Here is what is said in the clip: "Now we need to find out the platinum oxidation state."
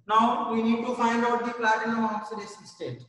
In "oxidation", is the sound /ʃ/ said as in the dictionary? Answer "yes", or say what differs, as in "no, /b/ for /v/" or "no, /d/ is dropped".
no, /s/ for /ʃ/